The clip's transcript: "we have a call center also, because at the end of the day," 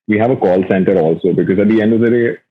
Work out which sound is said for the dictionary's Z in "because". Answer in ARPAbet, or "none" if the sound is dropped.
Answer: Z